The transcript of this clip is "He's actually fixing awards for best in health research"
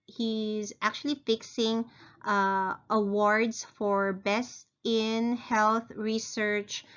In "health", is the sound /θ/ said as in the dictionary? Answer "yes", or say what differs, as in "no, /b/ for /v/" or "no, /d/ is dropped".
yes